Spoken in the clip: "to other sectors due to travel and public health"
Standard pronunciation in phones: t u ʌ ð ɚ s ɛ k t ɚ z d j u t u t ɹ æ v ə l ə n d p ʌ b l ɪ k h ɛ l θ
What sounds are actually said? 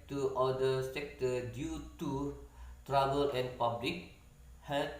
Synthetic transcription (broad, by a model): t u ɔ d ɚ s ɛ k t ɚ d j u t u t ɹ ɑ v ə l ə n p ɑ b l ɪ k h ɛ